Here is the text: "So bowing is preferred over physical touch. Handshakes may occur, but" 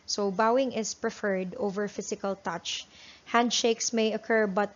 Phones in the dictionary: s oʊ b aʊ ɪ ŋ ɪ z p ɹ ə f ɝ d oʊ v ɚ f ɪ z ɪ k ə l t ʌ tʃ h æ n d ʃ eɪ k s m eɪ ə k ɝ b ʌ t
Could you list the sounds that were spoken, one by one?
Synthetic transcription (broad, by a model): s oʊ b aʊ ɪ ŋ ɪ s p ɹ ə f ɝ d oʊ v ɚ f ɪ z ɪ k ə l t ʌ tʃ h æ n d ʃ eɪ k s m eɪ ə k ɝ b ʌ t